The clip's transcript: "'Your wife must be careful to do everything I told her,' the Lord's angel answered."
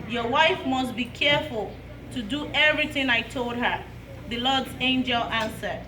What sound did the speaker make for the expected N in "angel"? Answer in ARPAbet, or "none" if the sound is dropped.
N